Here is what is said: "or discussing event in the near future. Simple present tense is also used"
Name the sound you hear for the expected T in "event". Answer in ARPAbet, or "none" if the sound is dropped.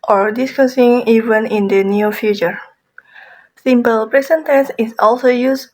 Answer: none